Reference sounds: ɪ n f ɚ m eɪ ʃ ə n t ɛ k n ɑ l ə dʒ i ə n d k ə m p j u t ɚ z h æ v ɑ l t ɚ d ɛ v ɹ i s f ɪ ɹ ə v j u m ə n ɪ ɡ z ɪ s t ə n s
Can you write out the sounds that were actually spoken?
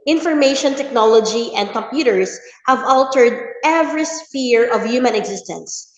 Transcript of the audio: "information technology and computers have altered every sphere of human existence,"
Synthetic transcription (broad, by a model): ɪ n f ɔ m eɪ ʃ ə n t ɛ k n ɑ l ə dʒ i ə n d k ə m p j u t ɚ s h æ v ɑ l t ɚ d ɛ v ɹ i s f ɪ ɹ ə v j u m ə n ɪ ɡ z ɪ s t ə n s